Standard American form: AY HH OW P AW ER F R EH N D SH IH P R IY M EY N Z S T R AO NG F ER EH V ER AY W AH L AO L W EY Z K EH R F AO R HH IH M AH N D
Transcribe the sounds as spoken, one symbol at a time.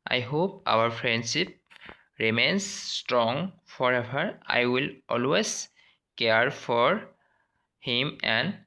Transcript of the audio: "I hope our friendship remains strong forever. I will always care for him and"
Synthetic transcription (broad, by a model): AY HH OW P AW ER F R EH N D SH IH P R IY M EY N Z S T R AO NG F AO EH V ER AY W AH L AO L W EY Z K EH R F AO R HH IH M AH N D